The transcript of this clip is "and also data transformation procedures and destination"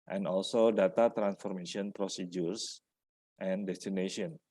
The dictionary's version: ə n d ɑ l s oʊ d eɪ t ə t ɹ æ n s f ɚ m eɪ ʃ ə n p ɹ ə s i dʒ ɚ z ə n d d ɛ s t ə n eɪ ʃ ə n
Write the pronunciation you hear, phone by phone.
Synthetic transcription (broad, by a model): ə n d ɑ l s oʊ d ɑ t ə t ɹ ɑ n s f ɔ m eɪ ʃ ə n p ɹ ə s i dʒ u s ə n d d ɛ s t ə n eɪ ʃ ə n